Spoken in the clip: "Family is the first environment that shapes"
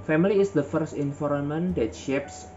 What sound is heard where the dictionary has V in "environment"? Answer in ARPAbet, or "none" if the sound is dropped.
F